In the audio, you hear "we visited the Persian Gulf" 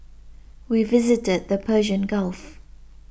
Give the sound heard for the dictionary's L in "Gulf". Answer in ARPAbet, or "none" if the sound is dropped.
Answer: L